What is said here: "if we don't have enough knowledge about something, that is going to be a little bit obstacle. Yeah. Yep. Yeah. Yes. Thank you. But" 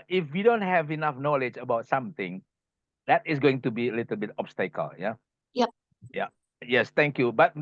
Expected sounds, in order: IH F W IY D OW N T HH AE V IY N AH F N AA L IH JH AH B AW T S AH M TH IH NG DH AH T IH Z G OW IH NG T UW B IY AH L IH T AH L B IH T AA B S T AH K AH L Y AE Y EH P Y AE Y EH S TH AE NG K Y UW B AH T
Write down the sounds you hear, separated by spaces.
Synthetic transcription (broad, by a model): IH F W IY D OW N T HH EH V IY N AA F N AA L IH JH AH B AW T S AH M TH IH NG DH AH T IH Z G OW IH NG T UW B IY AH L IH T AH L B IH T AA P S T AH K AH L Y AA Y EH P Y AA Y EH S T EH NG K Y UW B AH T